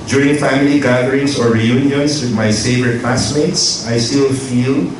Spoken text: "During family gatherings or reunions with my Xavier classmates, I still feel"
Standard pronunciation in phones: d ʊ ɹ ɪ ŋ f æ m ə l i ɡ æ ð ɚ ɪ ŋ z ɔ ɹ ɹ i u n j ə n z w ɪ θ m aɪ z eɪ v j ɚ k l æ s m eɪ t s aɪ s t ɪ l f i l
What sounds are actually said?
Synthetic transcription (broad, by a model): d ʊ ɹ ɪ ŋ f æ m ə l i ɡ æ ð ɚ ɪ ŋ s ɔ ɹ ɹ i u n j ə n s w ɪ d m aɪ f eɪ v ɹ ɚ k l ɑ s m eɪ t s aɪ s t ɪ l f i l